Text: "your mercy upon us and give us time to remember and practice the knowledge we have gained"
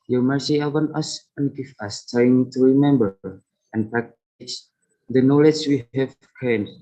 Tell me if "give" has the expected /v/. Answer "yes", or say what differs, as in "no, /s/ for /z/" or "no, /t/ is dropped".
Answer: no, /f/ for /v/